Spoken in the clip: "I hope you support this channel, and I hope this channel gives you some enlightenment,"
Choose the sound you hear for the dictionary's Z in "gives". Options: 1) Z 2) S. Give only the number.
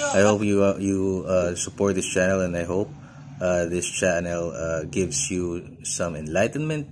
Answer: 2